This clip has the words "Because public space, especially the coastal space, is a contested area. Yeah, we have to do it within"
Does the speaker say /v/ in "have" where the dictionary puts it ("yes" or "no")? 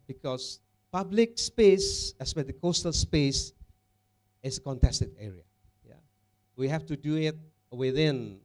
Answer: no